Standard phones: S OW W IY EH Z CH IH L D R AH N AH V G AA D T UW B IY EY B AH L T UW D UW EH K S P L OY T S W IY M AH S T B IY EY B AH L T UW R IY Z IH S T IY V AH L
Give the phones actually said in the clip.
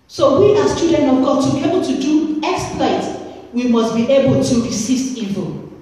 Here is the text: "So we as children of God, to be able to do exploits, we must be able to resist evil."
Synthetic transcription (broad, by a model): S OW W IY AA S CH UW D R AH N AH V G AA D T UW B IY EY B AH L T UW D UW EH K S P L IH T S W IY M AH S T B IY EY B AH L T UW R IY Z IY S T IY V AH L